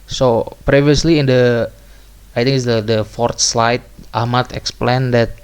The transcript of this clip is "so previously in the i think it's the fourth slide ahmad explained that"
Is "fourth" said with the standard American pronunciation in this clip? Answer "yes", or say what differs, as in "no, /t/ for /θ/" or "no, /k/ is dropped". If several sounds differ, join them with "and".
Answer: no, /t/ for /θ/